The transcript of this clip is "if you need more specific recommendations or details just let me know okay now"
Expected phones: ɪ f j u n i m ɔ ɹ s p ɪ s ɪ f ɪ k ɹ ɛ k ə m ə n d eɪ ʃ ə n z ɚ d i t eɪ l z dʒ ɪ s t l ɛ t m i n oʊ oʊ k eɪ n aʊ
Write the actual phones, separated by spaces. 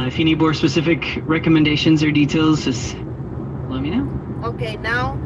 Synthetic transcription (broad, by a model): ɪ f j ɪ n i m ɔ ɹ s p ɪ s ɪ f ɪ k ɹ ɛ k ə m ə n d eɪ ʃ ə n z ɚ d i t eɪ l z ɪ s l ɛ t m i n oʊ oʊ k eɪ n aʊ